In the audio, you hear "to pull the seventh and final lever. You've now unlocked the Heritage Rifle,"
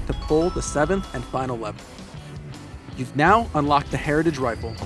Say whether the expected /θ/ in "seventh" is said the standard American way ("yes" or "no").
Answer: yes